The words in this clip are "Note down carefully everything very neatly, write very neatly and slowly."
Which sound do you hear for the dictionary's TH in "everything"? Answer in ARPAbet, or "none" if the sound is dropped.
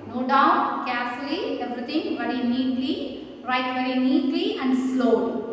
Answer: T